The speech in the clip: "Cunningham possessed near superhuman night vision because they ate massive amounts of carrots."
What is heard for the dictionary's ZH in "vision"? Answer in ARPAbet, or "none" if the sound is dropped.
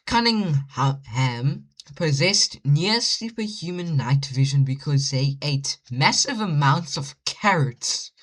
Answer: ZH